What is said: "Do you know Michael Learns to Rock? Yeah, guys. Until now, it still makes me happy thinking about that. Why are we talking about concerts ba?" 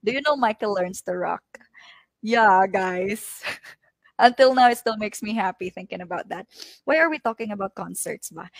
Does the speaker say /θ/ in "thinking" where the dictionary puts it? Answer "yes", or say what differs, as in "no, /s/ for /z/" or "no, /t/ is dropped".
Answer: yes